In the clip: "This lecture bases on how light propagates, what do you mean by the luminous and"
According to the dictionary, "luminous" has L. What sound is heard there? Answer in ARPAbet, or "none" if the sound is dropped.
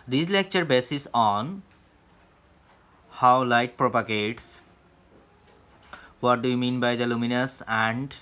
L